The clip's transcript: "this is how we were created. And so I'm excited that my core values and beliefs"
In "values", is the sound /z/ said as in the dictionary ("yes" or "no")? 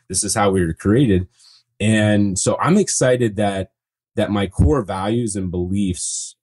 yes